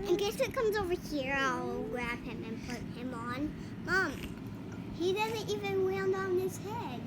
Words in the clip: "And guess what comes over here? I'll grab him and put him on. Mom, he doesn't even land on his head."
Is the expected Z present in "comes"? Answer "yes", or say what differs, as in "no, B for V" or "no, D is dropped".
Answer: yes